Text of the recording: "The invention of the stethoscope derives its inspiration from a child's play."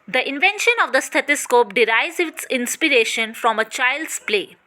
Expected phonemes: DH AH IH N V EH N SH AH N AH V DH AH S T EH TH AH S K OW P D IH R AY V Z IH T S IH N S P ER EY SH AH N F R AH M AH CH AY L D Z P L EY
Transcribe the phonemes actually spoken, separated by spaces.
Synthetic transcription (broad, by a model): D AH IH N V EH N SH AH N AH V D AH S T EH T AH S K OW P D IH R AY Z IH T S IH N S P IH EY SH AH N F R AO M AH CH AY L D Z P L EY